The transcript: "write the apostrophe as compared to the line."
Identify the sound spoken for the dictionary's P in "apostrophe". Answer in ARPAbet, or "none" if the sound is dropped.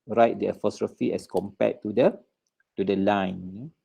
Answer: F